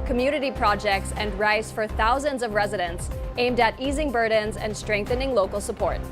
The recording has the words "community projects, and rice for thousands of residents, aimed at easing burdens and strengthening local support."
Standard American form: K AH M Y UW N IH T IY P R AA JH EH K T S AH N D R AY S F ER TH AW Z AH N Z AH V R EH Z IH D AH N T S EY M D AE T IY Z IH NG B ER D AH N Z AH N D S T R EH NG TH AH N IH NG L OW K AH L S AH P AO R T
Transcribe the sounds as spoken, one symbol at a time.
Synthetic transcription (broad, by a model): K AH M Y UW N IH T IY P R AA JH EH K T S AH N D R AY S F ER TH AW Z AH N Z AH V R EH Z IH D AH N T S EY M D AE T IY Z IH NG B ER D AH N Z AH N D S T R EH NG TH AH N IH NG L OW K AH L S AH P AO R T